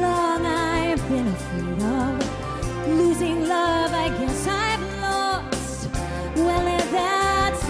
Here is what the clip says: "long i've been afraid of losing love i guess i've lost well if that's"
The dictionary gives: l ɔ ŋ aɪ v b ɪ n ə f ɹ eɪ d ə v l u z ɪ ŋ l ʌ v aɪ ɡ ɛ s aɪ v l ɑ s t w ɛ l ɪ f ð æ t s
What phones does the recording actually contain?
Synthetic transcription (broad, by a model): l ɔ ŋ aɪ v b ɪ n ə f eɪ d ə v l u z ɪ ŋ l ʌ v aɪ ɡ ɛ s aɪ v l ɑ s w ɛ l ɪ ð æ t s